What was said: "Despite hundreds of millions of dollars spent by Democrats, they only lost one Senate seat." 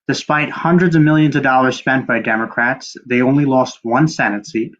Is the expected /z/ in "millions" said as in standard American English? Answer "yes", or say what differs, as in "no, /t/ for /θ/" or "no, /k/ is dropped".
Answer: yes